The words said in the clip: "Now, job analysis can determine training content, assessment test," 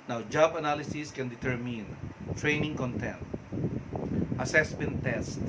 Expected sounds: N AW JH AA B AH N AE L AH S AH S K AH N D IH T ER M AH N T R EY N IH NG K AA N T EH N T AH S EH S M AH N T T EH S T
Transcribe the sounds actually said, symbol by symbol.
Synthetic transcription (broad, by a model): N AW JH AA B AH N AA L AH S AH S K AH N D IH T ER M AH N T R EY N IH NG K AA N T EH N T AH S EH S M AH N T T EH S T